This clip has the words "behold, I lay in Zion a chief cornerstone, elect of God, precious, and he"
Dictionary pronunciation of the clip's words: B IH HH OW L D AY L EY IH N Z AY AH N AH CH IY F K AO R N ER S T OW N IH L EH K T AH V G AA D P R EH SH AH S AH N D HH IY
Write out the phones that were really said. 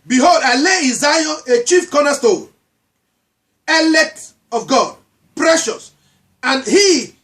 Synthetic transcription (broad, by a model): B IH HH OW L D AY L EY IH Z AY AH AH CH IY F K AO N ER S T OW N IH L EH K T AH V G AA D P R EH SH AH S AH N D HH IY